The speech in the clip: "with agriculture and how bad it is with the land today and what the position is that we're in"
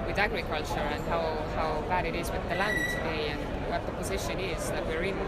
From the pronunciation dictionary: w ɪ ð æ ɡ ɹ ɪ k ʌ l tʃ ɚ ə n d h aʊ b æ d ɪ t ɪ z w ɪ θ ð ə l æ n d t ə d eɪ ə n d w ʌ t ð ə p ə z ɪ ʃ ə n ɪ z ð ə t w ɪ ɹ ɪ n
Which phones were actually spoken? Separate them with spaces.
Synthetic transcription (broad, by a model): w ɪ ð æ ɡ ɹ ɪ k ʌ l tʃ ɚ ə n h h aʊ b æ d ɪ t ɪ z w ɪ ð ə l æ n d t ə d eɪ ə n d w ʌ t ð ə p ə z ɪ ʃ ə n ɪ z ð ə t w ɪ ɹ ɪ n